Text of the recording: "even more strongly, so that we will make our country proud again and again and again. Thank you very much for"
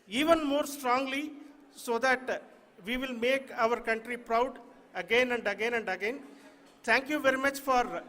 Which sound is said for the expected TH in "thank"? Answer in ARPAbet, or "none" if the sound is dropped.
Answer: T